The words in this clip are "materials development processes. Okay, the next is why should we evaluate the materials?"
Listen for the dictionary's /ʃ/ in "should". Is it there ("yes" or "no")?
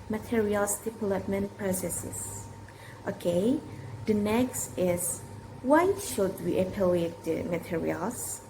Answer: yes